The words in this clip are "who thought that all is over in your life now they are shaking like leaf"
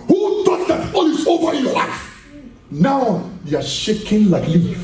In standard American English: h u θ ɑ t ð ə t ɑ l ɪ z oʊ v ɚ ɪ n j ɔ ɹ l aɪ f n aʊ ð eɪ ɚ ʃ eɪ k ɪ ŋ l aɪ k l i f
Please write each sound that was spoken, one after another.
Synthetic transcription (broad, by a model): h u t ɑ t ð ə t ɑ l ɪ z oʊ v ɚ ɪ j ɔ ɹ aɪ n aʊ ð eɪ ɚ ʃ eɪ k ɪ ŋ l aɪ k l i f